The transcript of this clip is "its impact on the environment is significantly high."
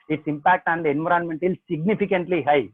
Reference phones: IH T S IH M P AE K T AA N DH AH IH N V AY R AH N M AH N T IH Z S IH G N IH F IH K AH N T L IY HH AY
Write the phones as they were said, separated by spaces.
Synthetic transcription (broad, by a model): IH T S IH M P AE K T AA N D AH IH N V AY R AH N M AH N T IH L S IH G N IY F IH K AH N T L IY HH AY